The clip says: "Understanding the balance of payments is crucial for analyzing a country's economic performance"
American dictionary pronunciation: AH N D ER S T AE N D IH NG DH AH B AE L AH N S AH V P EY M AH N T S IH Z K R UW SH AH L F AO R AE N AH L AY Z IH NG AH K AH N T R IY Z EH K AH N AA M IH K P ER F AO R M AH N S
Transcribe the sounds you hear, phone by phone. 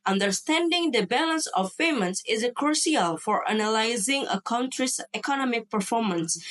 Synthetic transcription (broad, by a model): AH N D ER S T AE N D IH NG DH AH B AE L AH N S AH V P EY M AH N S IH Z K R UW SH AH L F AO R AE N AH L AY Z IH NG AH K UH N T R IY S EH K AH N AA M IH K P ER F AO R M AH N S